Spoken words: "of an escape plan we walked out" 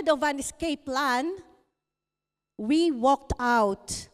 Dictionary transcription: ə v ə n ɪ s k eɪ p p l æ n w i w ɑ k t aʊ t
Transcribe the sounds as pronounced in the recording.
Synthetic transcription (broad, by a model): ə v ə n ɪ s k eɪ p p l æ n w i w ɑ k t aʊ t